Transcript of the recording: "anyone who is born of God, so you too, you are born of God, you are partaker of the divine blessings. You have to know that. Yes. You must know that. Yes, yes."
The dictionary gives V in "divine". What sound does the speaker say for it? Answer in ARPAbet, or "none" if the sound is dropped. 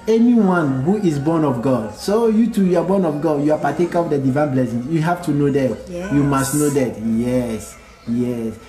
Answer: V